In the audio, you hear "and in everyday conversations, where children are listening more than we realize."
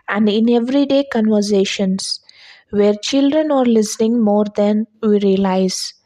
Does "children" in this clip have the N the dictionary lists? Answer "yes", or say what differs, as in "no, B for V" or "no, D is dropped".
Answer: yes